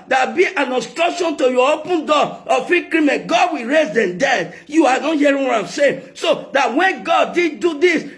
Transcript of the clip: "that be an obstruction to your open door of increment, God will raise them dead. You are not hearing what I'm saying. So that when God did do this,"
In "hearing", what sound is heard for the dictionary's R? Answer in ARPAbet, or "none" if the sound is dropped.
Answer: none